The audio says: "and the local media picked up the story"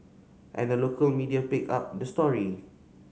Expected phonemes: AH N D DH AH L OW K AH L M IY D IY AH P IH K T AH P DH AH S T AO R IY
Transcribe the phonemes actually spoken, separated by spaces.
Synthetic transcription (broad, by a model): AH N D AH L OW K AH L M IY D IY AH P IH K AA P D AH S T AO R IY